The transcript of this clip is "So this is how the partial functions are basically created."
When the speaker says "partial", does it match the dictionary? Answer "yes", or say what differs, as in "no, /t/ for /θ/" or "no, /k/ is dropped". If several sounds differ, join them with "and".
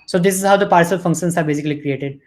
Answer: no, /s/ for /ʃ/